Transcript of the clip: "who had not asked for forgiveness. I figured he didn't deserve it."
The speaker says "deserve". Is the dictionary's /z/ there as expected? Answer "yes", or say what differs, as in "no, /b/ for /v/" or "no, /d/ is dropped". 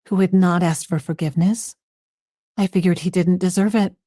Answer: yes